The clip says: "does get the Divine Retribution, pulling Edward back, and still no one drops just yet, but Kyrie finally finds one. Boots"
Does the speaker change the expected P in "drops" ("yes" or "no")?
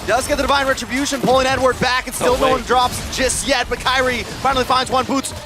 no